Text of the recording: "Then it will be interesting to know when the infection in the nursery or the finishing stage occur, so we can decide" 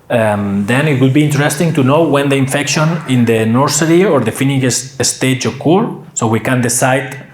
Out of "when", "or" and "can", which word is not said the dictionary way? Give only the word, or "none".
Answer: none